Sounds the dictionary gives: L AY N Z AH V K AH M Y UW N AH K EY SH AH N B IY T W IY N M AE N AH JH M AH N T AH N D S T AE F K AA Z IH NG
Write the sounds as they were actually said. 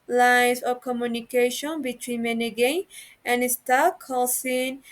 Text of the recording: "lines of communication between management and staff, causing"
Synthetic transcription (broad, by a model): L AY N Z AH K AH M Y UW N AH K EY SH AH N B IY T W IY N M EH N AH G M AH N AH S T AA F K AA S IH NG